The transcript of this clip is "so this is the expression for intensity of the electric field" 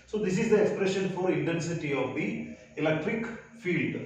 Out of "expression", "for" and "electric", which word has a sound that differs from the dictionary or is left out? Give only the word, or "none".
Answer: none